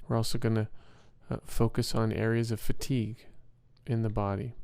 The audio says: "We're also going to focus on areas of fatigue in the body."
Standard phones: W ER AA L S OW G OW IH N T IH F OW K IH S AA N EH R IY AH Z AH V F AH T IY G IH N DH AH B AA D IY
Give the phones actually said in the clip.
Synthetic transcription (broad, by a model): W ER AA L S OW G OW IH N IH F OW K IH S N EH R IY AH Z AH V F AH T IY G IH N DH AH B AA D IY